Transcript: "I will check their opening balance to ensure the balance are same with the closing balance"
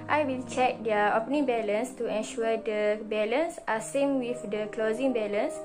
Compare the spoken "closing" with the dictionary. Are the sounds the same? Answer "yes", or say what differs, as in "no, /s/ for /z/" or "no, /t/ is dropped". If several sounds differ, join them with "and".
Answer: yes